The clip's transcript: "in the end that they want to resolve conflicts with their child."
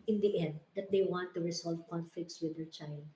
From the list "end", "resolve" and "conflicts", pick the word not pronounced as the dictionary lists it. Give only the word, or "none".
resolve